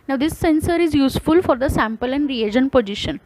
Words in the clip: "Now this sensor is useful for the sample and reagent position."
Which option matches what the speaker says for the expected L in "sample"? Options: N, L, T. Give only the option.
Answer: L